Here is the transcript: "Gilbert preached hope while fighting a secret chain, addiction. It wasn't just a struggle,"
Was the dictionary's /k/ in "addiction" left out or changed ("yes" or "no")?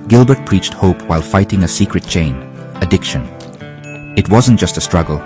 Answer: no